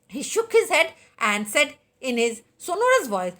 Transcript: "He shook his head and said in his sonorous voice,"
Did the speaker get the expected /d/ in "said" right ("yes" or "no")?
yes